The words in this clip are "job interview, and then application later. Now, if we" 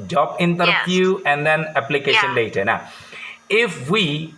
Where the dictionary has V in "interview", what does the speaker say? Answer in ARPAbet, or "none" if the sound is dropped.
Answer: P